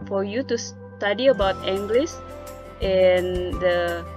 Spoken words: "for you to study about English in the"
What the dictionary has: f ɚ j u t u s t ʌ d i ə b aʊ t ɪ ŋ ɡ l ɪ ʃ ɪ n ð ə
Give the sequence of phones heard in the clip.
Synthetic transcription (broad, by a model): f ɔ j u t u s t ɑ d i ə b aʊ t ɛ ŋ ɡ l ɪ s ɪ n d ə